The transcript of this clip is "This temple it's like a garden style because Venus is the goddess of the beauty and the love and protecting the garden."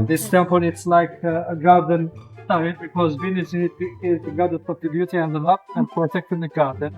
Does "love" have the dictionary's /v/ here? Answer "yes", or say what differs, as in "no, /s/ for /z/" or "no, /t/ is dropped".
no, /p/ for /v/